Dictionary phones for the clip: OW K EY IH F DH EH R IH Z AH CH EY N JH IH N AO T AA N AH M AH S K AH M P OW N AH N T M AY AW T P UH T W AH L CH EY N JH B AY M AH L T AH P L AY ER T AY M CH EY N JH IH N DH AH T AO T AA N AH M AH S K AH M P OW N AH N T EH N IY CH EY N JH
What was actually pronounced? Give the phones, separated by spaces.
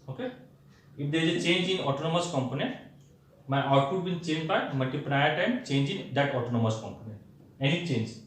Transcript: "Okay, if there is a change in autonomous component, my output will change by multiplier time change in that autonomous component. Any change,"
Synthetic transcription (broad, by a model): OW K EY IH F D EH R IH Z AH CH EY N JH IH N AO T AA N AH M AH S K AH M P OW N AH N T M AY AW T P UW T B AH N CH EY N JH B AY M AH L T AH P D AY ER T AY M CH EY N JH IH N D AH T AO T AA N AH M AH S K AH M P OW N AH N T EH N IY CH EY N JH